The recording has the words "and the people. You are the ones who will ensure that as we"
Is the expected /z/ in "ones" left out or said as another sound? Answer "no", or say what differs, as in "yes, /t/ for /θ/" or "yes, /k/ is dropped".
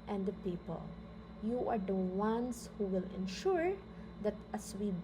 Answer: yes, /s/ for /z/